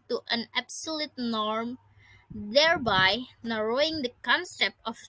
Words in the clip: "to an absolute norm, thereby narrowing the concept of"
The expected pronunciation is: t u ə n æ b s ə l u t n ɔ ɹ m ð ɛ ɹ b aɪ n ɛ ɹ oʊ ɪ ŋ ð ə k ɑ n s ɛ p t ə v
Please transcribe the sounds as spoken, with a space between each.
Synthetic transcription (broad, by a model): t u ə n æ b s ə l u t n ɔ ɹ m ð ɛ ɹ b aɪ n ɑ ɹ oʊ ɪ ŋ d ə k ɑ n s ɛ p ə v